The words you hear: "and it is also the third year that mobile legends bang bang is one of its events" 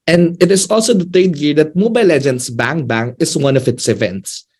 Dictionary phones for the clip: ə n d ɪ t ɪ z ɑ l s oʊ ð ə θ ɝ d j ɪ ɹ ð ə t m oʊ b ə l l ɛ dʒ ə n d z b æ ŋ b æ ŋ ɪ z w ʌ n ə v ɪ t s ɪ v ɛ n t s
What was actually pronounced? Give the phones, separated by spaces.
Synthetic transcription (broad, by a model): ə n d ɪ t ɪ s ɑ l s oʊ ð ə t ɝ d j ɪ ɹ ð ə t m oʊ b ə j l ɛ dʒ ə n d s b æ ŋ b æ ŋ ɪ s w ʌ n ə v ɪ t s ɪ v ɛ n t s